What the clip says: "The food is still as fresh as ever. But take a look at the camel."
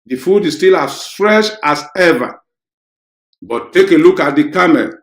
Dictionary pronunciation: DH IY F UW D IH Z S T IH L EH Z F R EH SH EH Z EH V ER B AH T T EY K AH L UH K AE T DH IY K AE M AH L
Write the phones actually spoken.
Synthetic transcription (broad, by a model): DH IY F UW D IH S T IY L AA S F R EH SH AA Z EH V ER B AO T T EY K AH L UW K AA T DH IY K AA M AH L